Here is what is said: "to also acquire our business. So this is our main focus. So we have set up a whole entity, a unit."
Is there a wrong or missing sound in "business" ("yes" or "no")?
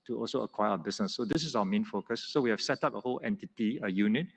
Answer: yes